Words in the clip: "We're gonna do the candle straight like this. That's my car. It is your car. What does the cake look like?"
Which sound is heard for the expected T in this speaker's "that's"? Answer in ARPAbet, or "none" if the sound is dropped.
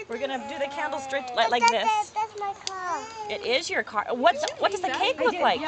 S